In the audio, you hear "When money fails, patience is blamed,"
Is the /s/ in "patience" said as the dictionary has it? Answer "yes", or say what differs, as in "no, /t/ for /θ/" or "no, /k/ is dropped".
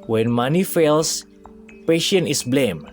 no, /s/ is dropped